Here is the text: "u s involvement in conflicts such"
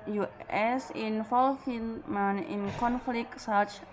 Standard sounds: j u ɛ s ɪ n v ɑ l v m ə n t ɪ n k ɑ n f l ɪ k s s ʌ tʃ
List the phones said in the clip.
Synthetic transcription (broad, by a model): j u ɛ s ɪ n f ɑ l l m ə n ɪ n k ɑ n f l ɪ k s s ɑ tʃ